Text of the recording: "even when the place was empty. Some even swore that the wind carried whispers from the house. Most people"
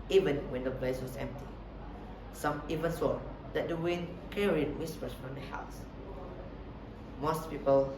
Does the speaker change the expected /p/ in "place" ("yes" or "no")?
yes